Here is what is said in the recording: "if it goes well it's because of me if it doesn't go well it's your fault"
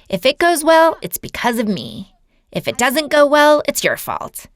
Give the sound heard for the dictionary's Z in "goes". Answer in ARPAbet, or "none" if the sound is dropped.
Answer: Z